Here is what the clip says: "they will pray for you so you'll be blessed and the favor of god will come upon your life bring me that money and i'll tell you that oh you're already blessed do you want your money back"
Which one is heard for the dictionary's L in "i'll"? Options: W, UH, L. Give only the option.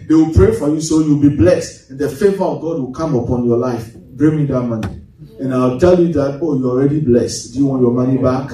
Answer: W